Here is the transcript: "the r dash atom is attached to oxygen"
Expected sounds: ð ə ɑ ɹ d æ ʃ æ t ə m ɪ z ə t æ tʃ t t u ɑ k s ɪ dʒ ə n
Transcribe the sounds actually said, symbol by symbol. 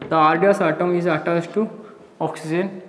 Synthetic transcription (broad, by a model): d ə ɑ ɹ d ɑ s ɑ t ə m ɪ z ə t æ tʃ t t u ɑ k s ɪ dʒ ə n